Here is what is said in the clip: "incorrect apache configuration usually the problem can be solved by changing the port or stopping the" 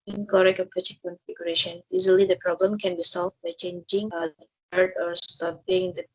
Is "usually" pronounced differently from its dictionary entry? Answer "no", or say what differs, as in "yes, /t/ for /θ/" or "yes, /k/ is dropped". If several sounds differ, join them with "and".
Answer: yes, /z/ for /ʒ/